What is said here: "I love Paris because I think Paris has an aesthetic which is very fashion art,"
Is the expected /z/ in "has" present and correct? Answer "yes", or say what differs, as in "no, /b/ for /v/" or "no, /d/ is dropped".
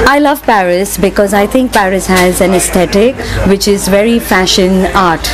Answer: yes